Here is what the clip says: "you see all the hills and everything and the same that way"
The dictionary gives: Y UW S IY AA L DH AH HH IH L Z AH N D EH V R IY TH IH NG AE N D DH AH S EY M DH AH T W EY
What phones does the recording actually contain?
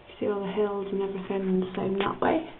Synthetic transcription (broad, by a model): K S IY AA L DH AH HH IH L Z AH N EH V R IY F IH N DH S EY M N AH T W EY